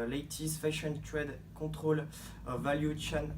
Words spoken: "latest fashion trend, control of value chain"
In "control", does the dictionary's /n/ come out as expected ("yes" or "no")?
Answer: no